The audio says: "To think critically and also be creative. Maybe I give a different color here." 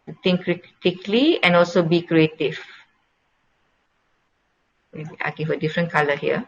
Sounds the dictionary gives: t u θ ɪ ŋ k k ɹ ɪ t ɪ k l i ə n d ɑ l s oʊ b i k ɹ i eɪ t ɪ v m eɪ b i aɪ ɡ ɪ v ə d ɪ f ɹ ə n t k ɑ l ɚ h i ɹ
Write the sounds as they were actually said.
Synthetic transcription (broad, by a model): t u t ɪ ŋ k k ɹ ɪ t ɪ k l i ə n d ɑ l s oʊ b i k ɹ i eɪ t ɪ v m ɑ i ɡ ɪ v ə d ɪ f ɹ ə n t k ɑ l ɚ h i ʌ